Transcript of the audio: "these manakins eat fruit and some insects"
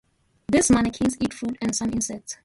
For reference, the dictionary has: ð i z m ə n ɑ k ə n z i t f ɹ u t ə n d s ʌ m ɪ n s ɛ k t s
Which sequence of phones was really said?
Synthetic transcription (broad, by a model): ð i s m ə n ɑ k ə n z i t f ɹ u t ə n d s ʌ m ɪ n s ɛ k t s